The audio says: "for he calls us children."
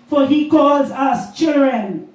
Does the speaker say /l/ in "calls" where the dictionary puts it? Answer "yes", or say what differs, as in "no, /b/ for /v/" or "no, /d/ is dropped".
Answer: yes